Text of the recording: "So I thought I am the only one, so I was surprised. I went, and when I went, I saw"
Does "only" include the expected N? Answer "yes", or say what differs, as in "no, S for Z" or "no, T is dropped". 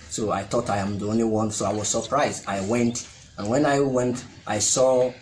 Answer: yes